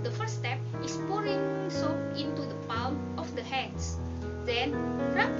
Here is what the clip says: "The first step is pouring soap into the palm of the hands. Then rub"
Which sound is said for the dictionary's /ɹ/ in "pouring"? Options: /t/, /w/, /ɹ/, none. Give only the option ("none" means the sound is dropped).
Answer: /ɹ/